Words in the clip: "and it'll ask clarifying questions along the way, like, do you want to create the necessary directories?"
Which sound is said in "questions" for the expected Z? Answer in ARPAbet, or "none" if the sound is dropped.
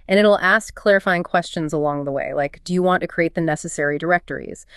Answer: Z